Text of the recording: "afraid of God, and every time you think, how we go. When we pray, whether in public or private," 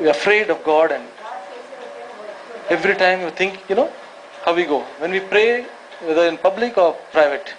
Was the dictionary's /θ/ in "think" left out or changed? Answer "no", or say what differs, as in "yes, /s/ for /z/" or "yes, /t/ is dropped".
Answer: yes, /t/ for /θ/